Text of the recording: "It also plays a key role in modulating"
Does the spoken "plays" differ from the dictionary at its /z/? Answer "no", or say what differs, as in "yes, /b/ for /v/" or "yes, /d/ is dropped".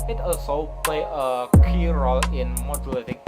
yes, /z/ is dropped